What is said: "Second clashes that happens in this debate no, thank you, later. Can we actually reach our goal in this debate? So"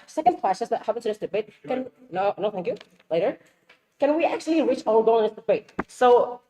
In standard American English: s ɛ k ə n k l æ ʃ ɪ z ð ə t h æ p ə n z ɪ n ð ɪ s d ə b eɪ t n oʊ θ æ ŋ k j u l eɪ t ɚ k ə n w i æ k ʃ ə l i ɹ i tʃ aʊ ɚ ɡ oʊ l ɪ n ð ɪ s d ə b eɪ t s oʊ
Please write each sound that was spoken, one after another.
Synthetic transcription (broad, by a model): s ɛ k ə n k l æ s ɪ s ð ə t h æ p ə n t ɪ ð ɪ s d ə b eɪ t n oʊ θ æ ŋ k j u l eɪ t ɚ k ə n w i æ k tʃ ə l i ɹ i tʃ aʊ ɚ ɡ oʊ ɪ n ð ɪ s d ə b eɪ t s oʊ